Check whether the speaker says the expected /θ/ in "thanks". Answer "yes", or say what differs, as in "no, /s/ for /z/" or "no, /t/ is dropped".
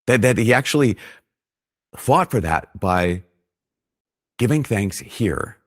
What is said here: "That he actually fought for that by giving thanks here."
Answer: yes